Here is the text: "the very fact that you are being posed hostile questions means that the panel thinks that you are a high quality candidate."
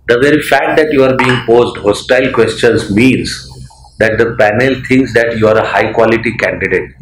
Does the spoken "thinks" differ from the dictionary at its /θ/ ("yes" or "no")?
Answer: yes